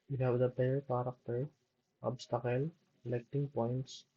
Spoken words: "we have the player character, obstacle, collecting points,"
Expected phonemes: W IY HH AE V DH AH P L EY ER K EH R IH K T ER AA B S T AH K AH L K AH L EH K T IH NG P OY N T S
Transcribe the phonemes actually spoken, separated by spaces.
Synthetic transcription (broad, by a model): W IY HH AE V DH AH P EY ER K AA R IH K T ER AA B S T AH K AH L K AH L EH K T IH NG P OY N T S